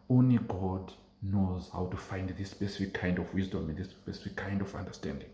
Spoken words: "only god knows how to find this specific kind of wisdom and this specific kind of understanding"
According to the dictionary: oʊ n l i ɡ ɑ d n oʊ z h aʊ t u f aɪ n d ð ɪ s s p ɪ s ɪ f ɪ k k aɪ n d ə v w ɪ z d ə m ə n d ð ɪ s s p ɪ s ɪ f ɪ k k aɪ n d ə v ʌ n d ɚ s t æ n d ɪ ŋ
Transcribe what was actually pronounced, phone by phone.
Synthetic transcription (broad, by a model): oʊ n l i ɡ ɑ d n oʊ z h aʊ t u f aɪ n d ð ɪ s s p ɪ s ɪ f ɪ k k aɪ n d ə v w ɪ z d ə m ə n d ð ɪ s s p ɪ s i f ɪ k k aɪ n d ə v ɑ n d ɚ s t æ n d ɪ ŋ